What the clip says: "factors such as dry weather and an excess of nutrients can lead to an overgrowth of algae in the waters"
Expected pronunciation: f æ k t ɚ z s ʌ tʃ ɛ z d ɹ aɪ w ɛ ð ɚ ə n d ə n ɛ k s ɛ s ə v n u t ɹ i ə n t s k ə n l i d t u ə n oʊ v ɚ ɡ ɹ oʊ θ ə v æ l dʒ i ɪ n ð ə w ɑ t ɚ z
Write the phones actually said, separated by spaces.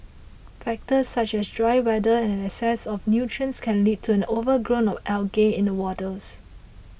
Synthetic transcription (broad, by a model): f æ k t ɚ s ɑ tʃ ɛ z d ɹ aɪ w ɛ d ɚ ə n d ə n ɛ s ɛ s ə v n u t ɹ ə n s k ə n l i d t u ə n oʊ v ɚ ɡ ɹ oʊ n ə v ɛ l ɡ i ɪ n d ə w ɑ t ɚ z